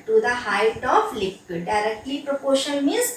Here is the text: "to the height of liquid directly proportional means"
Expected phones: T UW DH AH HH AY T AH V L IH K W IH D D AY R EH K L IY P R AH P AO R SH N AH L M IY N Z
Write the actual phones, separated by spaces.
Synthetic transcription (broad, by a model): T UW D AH HH AY T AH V L IH K W IH D D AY R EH K L IY P R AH P AO SH AH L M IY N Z